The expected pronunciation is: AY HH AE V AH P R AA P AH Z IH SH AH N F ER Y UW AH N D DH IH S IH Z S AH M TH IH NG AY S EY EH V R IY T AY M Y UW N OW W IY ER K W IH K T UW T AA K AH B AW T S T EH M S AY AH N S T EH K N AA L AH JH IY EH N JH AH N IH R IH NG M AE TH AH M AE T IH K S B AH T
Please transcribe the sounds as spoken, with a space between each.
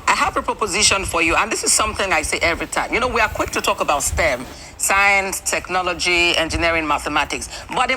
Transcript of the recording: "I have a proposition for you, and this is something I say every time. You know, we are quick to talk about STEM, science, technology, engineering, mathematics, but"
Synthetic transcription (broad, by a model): AY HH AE V AH P R AA P AH Z IH SH AH N F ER Y UW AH N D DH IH S IH Z S AH M TH IH NG AY S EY EH V R IY T AY M Y UW N OW W IY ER K W IH K T UW T AA K AH B AW T S T EH M S AY AH N S T EH K N AA L AH JH IY EH N JH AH N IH R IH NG M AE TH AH M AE T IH K S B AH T